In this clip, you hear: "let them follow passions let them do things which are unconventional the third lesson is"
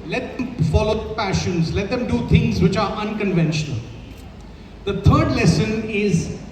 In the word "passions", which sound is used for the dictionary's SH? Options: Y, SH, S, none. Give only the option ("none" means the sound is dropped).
SH